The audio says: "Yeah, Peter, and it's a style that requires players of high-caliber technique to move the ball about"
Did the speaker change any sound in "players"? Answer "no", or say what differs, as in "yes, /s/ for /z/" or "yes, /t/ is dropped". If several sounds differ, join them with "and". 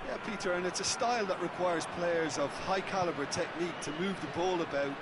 no